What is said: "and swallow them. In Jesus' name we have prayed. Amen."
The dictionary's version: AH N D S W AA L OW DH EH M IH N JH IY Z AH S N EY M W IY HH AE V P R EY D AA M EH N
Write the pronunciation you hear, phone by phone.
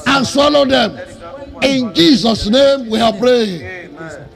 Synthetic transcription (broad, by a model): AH N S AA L OW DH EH M IH N JH IY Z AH S N EY M W IY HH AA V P R EY AA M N